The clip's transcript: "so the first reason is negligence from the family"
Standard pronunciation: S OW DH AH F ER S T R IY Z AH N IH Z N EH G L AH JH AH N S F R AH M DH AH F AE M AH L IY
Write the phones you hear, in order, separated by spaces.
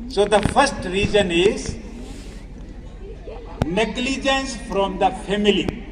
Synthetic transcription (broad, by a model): S OW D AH F ER S T R IY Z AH N IH Z N EH G L AH JH AH N S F R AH M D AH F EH M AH L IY